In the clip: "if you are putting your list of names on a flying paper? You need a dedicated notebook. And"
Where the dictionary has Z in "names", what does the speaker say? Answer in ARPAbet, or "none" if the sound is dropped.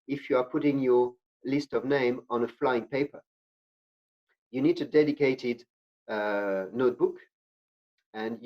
none